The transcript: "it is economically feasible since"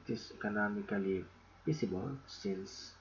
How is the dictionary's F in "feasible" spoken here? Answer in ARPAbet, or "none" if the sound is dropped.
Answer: P